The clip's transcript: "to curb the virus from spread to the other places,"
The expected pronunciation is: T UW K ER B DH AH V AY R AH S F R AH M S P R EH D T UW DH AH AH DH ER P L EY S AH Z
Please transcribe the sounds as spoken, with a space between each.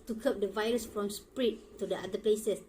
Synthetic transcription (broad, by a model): T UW K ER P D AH V AY R AH S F R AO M S P R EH T UW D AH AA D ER P L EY S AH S